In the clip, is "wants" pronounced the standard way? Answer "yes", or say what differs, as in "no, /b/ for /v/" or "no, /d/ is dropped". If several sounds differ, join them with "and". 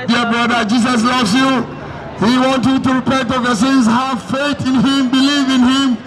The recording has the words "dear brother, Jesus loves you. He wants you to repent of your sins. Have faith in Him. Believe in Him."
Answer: no, /s/ is dropped